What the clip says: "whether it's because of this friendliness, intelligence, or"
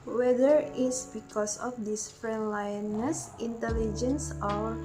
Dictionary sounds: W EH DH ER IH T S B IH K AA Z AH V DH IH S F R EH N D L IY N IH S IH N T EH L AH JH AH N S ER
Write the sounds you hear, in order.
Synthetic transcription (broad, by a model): W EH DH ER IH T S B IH K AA S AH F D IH S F R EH N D L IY N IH S IH N T EH L AH JH AH N S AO